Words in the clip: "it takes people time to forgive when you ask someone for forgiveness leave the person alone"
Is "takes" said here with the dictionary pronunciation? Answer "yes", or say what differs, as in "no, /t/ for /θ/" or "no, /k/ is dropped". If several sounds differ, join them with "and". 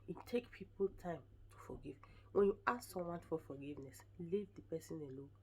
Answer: no, /s/ is dropped